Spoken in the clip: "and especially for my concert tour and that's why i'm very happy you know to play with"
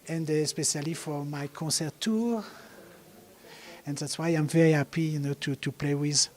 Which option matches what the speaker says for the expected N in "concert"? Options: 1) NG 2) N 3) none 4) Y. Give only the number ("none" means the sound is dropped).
3